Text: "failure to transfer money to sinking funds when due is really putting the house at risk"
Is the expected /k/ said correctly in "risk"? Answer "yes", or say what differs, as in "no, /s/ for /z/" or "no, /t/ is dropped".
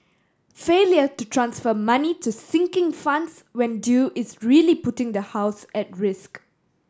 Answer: yes